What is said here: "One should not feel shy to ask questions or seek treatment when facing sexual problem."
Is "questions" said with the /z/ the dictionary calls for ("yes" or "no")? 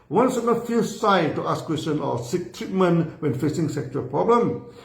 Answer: no